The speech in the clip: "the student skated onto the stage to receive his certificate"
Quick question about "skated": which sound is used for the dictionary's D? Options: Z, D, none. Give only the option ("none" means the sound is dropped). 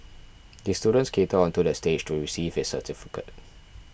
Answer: none